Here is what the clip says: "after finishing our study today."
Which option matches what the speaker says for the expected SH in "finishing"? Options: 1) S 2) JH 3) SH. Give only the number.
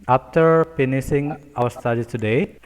1